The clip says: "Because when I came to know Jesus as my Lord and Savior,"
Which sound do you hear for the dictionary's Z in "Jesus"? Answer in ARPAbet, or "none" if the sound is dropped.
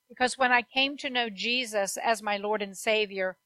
Z